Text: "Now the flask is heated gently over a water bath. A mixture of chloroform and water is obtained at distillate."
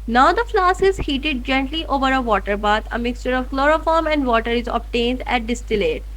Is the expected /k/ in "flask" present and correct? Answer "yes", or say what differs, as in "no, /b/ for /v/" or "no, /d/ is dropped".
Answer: no, /k/ is dropped